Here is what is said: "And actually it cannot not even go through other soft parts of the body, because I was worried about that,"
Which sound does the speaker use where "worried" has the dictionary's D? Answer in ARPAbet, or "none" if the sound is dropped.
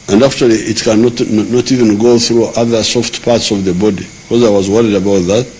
D